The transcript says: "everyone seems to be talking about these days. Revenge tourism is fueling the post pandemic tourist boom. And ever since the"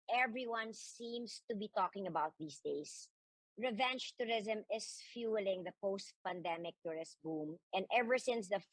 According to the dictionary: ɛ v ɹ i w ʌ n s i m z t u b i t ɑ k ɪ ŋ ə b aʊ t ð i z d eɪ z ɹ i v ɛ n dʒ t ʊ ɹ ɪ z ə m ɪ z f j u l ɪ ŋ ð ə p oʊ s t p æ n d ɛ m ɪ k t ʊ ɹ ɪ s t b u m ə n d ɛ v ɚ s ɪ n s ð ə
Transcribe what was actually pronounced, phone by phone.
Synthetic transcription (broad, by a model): ɛ v ɹ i w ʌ n s i m s t u b i t ɑ k ɪ ŋ ə b aʊ t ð i s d eɪ s ɹ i v ɛ n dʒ t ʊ ɹ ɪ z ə m ɪ s f j u l ɪ ŋ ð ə p oʊ s t p æ n d ɛ m ɪ k t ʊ ɹ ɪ s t b u m ə n d ɛ v ɚ s ɪ n s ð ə